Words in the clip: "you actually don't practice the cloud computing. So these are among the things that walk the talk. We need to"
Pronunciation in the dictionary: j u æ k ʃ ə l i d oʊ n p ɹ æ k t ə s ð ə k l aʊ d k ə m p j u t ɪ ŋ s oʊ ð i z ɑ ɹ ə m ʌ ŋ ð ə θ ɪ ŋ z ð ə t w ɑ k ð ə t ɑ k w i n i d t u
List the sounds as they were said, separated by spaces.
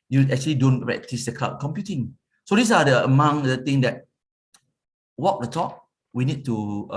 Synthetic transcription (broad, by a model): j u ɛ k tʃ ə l i d oʊ n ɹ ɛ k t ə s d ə k aʊ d k ə m p j u t ɪ ŋ s oʊ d i s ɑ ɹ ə m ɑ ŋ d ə t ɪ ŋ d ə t w ɑ k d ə t ɑ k w i n i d t u